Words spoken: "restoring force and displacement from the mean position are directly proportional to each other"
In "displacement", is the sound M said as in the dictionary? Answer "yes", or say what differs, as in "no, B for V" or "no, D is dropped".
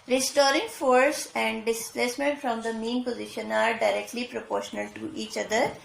yes